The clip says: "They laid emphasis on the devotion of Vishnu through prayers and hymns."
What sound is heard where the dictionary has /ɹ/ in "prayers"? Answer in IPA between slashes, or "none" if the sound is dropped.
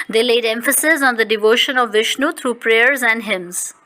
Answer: /ɹ/